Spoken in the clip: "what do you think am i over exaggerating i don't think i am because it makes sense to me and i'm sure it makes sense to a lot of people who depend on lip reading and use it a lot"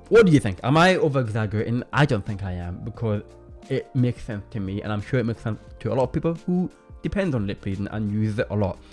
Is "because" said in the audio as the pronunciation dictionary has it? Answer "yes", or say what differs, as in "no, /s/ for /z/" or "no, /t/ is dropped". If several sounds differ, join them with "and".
yes